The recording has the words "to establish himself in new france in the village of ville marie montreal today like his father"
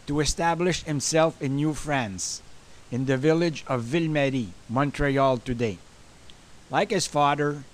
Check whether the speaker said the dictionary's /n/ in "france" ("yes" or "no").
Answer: yes